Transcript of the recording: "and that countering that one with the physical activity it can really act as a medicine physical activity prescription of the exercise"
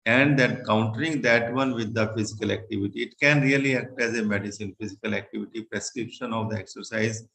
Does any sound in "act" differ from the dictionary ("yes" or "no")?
no